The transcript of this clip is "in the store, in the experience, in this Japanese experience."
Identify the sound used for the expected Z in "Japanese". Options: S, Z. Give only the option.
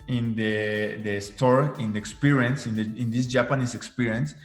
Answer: S